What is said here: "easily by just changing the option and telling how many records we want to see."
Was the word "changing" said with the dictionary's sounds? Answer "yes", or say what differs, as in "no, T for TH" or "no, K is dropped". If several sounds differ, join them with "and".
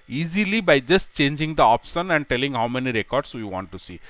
yes